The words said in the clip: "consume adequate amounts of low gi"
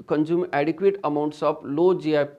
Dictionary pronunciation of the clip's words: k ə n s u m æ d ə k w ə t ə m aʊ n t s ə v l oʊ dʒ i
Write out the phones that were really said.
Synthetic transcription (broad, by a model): k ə n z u m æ d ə k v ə t ə m aʊ n t s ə p l oʊ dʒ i